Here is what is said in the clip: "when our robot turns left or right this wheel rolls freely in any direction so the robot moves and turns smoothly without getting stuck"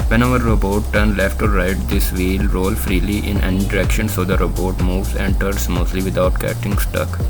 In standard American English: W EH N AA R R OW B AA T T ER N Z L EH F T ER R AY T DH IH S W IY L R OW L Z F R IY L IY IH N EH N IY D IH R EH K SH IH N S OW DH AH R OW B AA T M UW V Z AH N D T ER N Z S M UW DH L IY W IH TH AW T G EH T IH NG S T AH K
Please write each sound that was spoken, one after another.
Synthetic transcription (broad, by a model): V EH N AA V R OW B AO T T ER N L EH F T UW R AY T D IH S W IY L R OW L F R IY L IY IH N EH N IY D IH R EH K SH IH N S OW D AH R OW B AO T M UW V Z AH N T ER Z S M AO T L IY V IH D AW T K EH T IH NG S T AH K